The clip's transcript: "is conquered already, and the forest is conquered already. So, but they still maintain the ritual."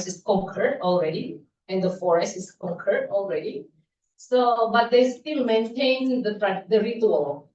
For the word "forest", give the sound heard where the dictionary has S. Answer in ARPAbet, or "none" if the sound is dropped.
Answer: S